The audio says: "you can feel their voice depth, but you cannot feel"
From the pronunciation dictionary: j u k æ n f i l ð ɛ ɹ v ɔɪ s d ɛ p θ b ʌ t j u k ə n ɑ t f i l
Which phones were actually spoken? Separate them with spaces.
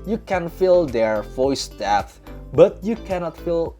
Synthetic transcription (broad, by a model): j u k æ n f i l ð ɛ ɹ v ɔɪ s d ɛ θ b ʌ t j u k ə n ɑ t f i l